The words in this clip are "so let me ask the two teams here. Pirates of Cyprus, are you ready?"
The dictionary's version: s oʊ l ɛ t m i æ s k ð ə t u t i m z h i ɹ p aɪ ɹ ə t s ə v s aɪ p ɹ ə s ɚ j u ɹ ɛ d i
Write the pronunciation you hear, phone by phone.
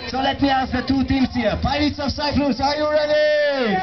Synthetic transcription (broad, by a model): s oʊ l ɛ t m i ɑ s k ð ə t u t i m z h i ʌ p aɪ ə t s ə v s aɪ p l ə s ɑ j u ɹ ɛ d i